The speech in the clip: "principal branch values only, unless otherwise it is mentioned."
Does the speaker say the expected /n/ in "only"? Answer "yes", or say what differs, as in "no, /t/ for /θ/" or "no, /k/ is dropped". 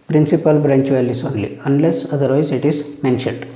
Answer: yes